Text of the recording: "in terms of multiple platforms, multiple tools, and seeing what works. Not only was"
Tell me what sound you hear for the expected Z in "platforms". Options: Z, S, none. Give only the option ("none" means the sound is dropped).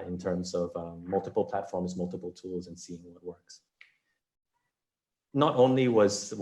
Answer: Z